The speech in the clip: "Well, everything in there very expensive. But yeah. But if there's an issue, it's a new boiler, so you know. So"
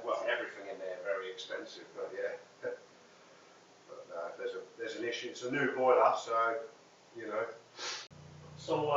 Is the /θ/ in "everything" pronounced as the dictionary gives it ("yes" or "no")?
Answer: yes